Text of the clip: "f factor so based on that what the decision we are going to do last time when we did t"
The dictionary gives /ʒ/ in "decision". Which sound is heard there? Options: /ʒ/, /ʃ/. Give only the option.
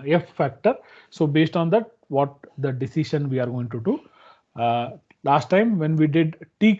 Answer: /ʃ/